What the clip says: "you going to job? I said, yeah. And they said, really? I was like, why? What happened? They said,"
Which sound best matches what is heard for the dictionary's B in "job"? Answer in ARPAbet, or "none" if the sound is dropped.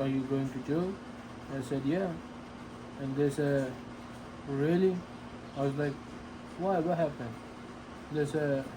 none